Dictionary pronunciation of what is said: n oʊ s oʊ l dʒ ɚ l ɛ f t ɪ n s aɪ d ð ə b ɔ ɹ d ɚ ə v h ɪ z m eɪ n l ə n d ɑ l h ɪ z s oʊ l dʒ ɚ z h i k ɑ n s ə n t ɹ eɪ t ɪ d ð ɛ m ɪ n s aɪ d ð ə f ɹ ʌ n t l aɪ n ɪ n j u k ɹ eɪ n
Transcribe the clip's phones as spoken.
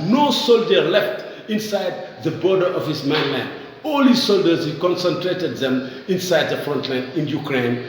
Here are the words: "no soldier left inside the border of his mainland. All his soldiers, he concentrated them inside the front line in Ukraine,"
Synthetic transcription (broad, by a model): n oʊ s oʊ l dʒ ɚ l ɛ f t ɪ n s aɪ d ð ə b ɔ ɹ d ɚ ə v h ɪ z m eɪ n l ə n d ɑ l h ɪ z s oʊ l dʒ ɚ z h i k ɑ n s ə n t ɹ eɪ t ɪ d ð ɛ m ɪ n s aɪ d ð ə f ɹ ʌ n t l aɪ n ɪ n j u k ɹ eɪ n